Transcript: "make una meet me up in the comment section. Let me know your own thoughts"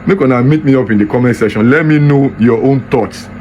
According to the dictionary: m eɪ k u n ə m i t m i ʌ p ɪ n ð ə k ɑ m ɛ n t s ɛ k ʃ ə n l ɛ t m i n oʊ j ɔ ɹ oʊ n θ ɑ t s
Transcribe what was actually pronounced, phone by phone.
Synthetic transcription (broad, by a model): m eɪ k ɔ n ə m i t m i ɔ p ɪ n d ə k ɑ m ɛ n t s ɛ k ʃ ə n l ɛ t m i n oʊ j ɔ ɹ oʊ n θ ɑ t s